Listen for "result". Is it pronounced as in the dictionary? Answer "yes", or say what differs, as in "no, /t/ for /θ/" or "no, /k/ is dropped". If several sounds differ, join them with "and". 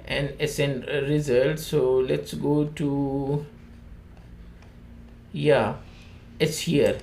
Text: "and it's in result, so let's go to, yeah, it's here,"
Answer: yes